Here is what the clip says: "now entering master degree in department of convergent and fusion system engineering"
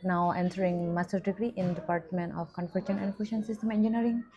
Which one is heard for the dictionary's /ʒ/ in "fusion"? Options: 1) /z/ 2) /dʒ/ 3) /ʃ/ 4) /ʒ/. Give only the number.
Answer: 3